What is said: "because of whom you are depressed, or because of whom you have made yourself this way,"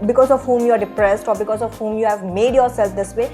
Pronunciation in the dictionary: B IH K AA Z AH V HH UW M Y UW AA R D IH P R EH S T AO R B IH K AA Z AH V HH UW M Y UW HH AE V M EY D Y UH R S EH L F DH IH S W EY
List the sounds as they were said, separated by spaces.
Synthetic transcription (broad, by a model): B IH K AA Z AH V HH UW M Y UW AA R D IH P R EH S T AO R B IH K AA Z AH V HH UW M Y UW HH AE V M EY D Y UH R S EH L F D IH S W EY